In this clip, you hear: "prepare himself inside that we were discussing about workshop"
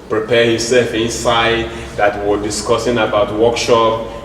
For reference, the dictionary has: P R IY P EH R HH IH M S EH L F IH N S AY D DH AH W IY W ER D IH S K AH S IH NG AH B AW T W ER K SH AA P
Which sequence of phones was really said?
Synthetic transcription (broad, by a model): P R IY P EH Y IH S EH L F IH N S AY D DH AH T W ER D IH S K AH S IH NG AH B AW T W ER K SH AA P